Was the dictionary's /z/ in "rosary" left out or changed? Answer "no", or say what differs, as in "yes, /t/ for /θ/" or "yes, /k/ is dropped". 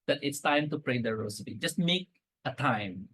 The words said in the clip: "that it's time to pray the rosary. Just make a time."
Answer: yes, /s/ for /z/